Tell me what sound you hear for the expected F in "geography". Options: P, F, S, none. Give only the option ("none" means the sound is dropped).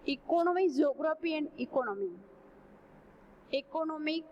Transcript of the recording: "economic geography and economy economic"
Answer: P